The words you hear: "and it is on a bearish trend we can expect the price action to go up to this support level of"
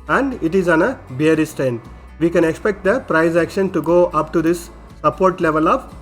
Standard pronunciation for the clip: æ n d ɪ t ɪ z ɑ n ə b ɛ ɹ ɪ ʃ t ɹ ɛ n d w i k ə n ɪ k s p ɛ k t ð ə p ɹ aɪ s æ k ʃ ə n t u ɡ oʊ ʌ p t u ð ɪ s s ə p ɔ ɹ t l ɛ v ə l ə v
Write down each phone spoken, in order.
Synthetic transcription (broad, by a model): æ n d ɪ t ɪ z ɑ n ə b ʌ ɹ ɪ s t ɛ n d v i k ə n ɪ k s p ɛ k t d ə p ɹ aɪ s æ k ʃ ə n t u ɡ oʊ ʌ p t u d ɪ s s ə p ɔ ɹ t l ɛ v ə l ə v